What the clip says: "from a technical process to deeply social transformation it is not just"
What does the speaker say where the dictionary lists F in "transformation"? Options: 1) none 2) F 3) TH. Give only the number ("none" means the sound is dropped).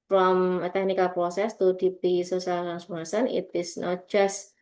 1